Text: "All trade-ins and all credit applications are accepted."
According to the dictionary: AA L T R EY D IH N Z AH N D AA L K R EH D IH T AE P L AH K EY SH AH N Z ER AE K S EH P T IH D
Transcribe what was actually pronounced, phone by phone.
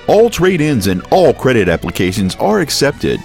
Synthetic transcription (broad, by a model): AA L T R EY D IH N Z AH N AA L K R EH D IH T AE P L AH K EY SH AH N Z ER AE K S EH P T IH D